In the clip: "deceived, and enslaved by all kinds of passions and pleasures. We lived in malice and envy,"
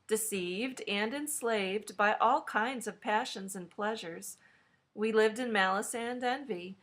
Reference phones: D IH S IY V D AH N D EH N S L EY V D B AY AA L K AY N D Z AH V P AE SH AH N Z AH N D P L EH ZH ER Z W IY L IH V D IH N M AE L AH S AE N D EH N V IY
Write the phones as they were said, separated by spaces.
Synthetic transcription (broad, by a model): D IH S IY V D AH N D EH N S L EY V D B AY AA L K AY N D Z AH V P AE SH AH N Z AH N P L EH ZH ER Z W IY L IH V D IH N M AE L AH S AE N D EH N V IY